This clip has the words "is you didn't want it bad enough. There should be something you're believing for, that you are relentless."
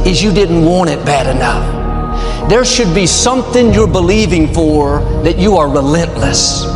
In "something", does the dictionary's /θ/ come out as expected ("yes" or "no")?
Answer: yes